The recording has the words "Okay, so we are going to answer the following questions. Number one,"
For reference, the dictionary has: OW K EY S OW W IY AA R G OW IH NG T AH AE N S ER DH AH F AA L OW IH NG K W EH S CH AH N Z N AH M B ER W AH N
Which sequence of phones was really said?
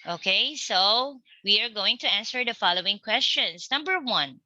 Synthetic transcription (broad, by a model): OW K EY S OW W IY AA R G OW IH NG T AH AE N S ER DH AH F AA L OW IH NG K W EH S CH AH N S N AH M B ER W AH N